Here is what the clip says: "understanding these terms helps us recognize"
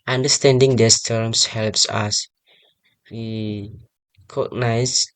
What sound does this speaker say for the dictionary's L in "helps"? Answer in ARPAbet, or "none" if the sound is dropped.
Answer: L